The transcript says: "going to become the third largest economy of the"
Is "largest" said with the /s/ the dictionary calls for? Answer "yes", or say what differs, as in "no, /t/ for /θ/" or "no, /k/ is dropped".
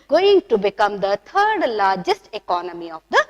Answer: yes